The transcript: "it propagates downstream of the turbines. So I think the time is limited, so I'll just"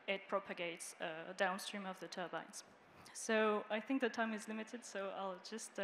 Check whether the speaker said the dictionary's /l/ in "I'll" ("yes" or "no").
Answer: yes